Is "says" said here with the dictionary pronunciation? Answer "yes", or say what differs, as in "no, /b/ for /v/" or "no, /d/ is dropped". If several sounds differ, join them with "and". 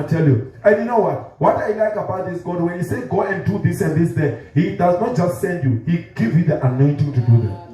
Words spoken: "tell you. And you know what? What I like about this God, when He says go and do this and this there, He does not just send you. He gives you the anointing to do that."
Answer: no, /z/ is dropped